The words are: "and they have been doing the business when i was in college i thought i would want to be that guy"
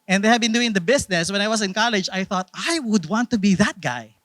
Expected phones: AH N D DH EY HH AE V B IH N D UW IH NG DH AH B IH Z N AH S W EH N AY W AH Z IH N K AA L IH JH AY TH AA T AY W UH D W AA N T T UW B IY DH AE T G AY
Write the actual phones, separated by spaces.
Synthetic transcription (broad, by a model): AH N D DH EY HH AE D B IH N D UW IH NG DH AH B IH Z N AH S W EH N AY W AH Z IH N K AA L IH JH AY TH AA T AY W UH D W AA N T T UW B IY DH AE T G AY